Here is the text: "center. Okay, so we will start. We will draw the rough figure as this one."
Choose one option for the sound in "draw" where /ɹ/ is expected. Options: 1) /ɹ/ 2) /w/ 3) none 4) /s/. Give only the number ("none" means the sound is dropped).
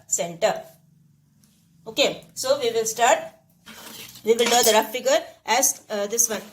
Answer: 3